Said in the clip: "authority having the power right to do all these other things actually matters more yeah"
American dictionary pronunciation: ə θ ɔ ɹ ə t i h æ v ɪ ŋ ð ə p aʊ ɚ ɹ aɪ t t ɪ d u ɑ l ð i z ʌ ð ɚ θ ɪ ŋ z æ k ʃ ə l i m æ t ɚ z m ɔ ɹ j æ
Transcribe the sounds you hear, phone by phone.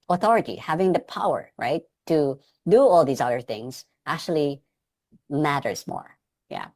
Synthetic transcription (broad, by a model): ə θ ɔ ɹ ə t i h æ v ɪ ŋ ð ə p aʊ ɚ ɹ aɪ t t ɪ d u ɑ l ð i z ʌ ð ɚ θ ɪ ŋ z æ k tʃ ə l i m æ t ɚ z m ɔ ɹ j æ